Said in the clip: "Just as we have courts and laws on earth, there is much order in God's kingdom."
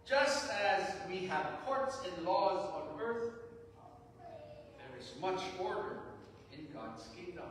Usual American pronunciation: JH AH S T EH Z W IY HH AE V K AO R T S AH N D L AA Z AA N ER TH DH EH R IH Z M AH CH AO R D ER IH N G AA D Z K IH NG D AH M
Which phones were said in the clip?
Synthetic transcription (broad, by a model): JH AH S T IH Z W IY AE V K AO R T S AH N L AA Z N ER TH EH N IH Z M AH CH AO R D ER IH N G AA D Z K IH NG D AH M